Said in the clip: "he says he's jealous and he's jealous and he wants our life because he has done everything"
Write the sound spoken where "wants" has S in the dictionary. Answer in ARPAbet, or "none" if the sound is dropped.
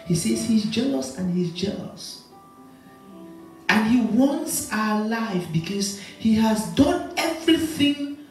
S